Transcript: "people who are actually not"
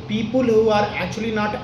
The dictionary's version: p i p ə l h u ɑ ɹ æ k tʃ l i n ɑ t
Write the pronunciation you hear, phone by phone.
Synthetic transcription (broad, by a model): p i p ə l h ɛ ɑ ɹ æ tʃ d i n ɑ t